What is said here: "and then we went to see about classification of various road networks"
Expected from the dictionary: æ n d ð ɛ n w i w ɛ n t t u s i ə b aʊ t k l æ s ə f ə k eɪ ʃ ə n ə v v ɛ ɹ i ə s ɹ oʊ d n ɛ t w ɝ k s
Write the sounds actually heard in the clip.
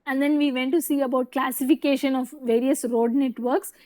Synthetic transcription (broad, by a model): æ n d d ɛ n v i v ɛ n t t u s i ə b aʊ t k l æ s ə f ə k eɪ ʃ ə n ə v v ɛ ɹ i ə s ɹ oʊ d n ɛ t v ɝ k s